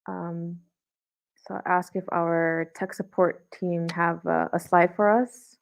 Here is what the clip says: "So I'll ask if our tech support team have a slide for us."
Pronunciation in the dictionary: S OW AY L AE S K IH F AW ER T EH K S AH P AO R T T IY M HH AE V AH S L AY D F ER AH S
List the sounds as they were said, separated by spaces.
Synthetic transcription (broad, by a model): S OW AY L AE S K IH F AW ER T EH K S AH P AO R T T IY M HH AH V AH S L AY D F ER AH S